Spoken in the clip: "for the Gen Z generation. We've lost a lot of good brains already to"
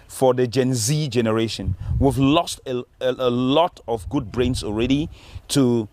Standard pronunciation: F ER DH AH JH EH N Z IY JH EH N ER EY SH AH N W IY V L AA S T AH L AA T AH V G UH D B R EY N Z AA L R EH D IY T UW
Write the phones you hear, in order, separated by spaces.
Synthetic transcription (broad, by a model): F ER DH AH JH EH N Z IY JH EH N ER EY SH AH N W IY V L AA S T AH L AA T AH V G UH D B R EY N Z AA L R EH D IY T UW